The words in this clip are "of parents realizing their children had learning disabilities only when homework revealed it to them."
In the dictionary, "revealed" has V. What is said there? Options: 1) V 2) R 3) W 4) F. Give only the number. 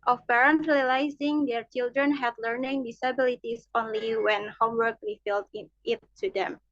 4